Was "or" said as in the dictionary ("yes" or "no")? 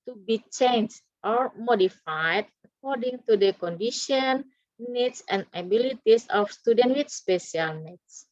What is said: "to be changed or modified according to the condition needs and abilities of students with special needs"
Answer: yes